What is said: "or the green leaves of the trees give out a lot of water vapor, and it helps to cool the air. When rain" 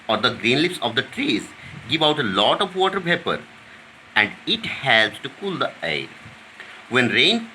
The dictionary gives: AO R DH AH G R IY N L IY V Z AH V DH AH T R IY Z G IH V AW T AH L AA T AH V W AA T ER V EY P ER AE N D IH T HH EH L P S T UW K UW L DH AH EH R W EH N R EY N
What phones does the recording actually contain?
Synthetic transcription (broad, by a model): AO R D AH G R IY N L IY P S AH V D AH T R IY Z G IH V AW T AH L AA T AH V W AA T ER P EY P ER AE N D IH T HH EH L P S T UW K UW L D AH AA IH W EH N R EY N